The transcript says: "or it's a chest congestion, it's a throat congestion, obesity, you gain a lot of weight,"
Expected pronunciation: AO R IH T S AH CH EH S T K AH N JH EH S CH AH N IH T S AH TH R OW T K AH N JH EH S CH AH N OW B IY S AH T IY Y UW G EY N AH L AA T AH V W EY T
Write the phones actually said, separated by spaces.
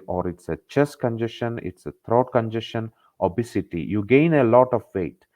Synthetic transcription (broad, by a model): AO R IH T S AH CH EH S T K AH N JH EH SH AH N IH T S AH T R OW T K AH N JH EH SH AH N OW B IY S AH T IY Y UW G EY N AH L AA T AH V EY T